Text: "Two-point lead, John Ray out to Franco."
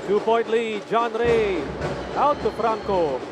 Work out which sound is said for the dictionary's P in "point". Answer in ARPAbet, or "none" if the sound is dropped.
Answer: B